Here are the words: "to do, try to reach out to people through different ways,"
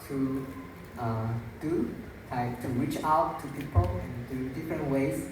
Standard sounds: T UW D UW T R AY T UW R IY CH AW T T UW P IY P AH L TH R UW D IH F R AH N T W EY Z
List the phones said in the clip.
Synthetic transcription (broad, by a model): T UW D UW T AY T UW R IY CH AW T T UW P IY P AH L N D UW D IH F R AH N T W EY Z